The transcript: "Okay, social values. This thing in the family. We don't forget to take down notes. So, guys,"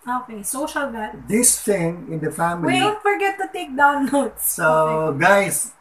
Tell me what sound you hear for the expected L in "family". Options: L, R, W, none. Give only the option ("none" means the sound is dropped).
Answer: none